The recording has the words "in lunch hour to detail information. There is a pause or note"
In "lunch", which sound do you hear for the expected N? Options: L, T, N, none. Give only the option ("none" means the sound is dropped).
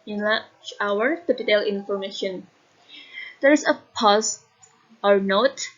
none